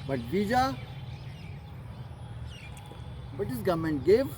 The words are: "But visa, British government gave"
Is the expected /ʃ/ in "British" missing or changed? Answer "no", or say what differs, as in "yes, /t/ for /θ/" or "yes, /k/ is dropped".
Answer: yes, /s/ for /ʃ/